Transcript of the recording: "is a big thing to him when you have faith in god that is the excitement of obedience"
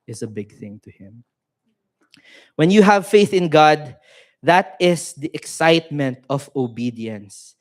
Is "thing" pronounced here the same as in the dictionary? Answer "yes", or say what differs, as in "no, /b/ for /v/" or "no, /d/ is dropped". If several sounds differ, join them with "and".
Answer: yes